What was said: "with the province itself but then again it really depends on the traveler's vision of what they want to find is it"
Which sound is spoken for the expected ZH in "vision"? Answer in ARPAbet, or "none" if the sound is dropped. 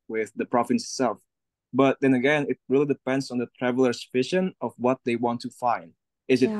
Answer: SH